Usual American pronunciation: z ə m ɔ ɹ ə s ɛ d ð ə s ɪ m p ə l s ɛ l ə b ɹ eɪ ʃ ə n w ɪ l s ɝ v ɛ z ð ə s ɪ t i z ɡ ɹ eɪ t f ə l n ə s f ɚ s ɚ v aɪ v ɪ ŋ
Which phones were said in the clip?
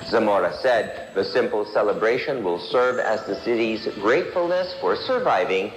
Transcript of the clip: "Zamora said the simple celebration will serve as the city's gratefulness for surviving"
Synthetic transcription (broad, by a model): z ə m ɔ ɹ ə s ɛ d ð ə s ɪ m p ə l s ɛ l ə b ɹ eɪ ʃ ə n w ɪ l s ɝ v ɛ z ð ə s ɪ t i z ɡ ɹ eɪ t f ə l n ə s f ɚ s ɚ v aɪ v ɪ ŋ